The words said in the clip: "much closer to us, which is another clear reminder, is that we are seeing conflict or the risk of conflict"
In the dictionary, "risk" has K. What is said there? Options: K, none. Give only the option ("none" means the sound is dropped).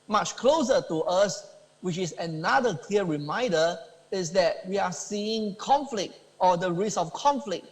none